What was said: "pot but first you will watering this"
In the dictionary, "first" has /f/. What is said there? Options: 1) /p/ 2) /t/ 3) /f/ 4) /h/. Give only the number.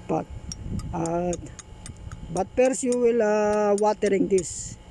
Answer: 1